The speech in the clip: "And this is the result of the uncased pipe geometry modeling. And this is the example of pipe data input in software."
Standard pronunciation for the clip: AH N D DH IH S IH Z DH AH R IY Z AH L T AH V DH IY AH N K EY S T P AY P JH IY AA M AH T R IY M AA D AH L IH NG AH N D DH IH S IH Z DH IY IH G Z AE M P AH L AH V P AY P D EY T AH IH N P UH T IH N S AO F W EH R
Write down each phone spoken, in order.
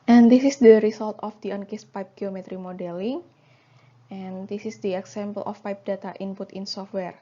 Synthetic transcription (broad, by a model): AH N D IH S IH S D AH R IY S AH L T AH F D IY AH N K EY S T P AY P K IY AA M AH T R IY M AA D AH L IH NG AH N D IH S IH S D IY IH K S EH M P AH L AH F P AY P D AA T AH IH N P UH T IH N S AO F W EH R